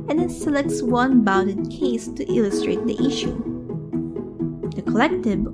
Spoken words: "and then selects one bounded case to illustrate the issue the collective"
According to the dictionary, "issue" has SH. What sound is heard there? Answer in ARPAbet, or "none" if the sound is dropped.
SH